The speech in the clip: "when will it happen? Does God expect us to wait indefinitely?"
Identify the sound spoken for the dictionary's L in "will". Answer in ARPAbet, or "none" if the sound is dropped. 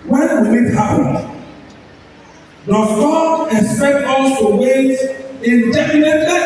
W